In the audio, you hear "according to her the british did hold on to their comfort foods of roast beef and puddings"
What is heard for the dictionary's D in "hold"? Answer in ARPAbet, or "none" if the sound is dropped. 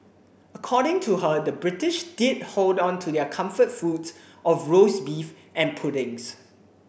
D